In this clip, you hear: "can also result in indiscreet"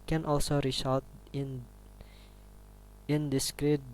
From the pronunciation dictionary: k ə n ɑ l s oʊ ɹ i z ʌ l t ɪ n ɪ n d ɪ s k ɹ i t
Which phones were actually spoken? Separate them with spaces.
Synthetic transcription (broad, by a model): k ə n ɑ l s oʊ ɹ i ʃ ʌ t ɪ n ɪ n d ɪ s k ɹ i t